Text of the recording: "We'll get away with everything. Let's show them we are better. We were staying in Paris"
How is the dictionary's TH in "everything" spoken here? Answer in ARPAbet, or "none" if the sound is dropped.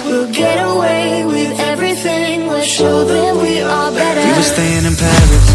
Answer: TH